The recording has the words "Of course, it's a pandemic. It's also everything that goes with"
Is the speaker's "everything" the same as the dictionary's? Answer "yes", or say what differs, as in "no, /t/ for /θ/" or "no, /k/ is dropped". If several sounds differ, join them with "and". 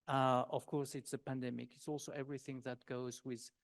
yes